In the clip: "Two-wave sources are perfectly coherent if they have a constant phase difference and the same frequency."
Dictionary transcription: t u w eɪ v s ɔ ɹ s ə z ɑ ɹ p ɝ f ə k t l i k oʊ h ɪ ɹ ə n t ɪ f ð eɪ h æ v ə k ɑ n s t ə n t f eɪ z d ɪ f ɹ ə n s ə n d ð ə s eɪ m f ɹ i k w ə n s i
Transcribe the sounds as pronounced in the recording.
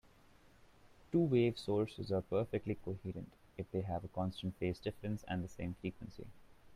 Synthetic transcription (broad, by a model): t u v eɪ v s ɔ ɹ s ə z ɑ ɹ p ɝ f ə k t l i k oʊ h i ɹ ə n t ɪ f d eɪ h æ v ə k ɑ n s t ə n t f eɪ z d ɪ f ɹ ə n s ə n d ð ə s eɪ m f ɹ i k w ə n s i